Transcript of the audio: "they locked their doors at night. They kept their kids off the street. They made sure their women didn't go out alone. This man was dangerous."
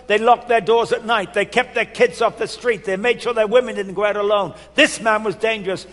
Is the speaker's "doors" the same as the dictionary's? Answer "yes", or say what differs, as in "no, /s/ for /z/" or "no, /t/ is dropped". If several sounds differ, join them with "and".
yes